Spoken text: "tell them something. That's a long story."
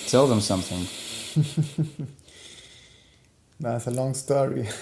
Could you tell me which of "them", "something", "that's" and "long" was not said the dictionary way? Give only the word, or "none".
none